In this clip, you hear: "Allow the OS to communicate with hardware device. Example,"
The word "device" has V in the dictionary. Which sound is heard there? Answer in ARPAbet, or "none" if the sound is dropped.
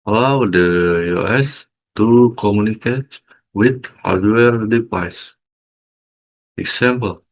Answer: P